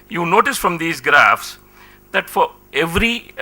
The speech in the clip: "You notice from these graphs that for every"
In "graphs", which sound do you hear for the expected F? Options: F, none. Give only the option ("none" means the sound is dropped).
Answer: F